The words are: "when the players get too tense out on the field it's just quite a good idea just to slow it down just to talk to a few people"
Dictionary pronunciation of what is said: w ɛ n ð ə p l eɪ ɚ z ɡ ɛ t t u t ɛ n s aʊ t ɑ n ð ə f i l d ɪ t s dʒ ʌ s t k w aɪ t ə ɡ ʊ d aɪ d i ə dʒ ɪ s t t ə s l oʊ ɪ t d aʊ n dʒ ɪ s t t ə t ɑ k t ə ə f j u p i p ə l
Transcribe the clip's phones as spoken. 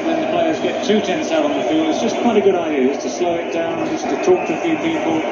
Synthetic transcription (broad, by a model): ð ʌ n ð ə p l eɪ ɚ z ɡ ɛ t t u t ɛ n s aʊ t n ð ə f i l d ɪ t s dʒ ʌ s k w aɪ t ə ɡ ʊ d aɪ d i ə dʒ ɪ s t t ə s l oʊ ɪ t d aʊ n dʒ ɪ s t t ə t ɑ k t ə ə f j u p i p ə l